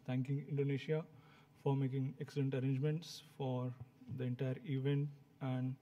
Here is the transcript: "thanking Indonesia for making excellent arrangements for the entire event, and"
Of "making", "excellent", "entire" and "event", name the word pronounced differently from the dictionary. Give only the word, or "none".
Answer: none